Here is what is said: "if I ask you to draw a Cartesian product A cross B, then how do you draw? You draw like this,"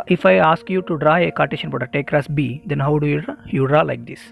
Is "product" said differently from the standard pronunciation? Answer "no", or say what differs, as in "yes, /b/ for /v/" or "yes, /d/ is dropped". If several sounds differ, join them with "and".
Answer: yes, /k/ is dropped